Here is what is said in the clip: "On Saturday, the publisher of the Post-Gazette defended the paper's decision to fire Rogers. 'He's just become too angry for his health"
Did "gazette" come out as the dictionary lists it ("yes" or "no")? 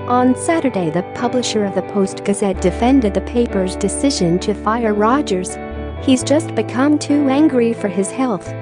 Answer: yes